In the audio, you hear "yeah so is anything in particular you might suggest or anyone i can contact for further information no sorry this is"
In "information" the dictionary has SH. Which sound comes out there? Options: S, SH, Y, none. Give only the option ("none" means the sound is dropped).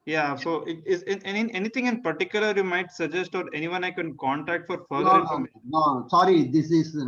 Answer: none